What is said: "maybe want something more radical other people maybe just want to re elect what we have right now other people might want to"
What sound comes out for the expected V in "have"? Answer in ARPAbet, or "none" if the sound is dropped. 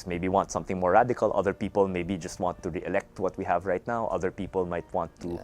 V